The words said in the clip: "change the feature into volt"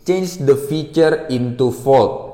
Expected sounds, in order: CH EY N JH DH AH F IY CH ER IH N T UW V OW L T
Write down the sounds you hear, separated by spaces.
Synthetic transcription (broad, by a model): CH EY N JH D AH F IY CH ER IH N T UW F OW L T